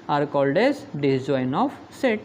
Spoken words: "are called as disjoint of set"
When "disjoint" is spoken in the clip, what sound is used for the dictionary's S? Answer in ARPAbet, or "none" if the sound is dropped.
none